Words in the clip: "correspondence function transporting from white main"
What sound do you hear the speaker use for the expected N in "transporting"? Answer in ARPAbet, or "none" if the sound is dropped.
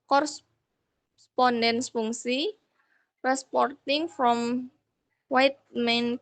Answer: none